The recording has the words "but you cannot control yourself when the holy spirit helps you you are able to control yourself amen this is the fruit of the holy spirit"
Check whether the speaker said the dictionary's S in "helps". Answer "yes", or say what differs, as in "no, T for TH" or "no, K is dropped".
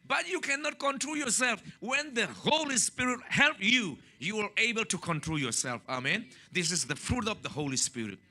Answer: no, S is dropped